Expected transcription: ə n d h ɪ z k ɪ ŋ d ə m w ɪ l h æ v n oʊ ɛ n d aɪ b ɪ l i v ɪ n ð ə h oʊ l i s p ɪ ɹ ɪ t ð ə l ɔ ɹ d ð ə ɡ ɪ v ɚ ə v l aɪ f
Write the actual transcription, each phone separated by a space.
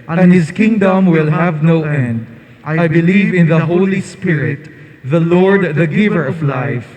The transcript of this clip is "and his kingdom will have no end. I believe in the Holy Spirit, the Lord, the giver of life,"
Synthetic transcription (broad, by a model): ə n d h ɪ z k ɪ ŋ d ə m w ɪ l h æ v n oʊ ɛ n d aɪ b ɪ l i v ɪ n ð ə h oʊ l i s p ɪ ɹ ɪ t ð ə l ɔ ɹ d ð ə ɡ ɪ v ɚ ə v l aɪ f